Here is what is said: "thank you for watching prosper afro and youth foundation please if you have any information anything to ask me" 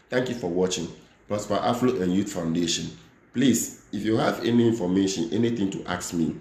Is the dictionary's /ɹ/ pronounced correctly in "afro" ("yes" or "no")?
no